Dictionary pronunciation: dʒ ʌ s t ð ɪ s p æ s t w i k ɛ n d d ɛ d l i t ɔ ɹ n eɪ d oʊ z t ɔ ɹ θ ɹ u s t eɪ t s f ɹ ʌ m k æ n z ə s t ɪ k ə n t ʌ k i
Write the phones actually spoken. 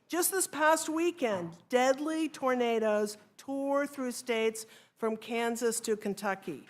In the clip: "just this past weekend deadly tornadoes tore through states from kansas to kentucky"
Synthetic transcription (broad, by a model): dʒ ʌ s t ð ɪ s p æ s t w i k ɛ n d d ɛ d l i t ɔ ɹ n eɪ d oʊ z t ɔ ɹ θ ɹ u s t eɪ t s f ɹ ʌ m k æ n z ə s t ɪ k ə n t ʌ k i